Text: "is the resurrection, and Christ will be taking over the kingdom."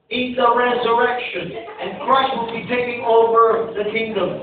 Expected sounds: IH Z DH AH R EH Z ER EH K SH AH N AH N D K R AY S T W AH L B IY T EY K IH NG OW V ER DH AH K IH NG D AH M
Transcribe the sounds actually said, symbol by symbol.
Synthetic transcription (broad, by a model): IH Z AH R EH Z ER EH K SH AH N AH N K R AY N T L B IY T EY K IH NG OW V ER DH AH K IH NG D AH M